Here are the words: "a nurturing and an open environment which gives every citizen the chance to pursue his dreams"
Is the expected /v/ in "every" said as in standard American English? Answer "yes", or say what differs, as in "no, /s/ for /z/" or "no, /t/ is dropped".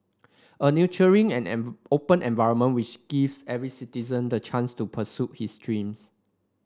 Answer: yes